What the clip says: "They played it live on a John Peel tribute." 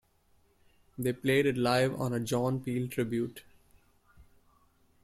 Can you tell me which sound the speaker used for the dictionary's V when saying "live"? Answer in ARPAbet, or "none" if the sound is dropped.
V